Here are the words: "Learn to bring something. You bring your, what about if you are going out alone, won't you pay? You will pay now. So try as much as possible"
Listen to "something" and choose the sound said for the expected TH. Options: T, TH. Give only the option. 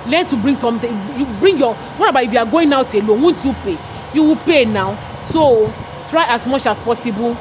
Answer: T